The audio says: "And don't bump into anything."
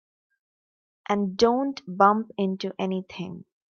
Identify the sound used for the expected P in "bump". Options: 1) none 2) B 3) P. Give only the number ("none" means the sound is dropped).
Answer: 3